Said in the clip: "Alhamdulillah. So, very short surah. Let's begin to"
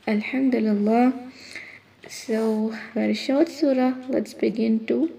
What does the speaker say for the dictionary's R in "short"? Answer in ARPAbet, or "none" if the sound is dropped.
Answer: W